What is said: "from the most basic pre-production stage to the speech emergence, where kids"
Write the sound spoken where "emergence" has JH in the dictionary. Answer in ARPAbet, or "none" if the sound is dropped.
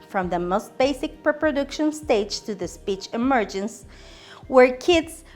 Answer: JH